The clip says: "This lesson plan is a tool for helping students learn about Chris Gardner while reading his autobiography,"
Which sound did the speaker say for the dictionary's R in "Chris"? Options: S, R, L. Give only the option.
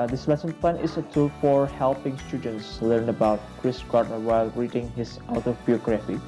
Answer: R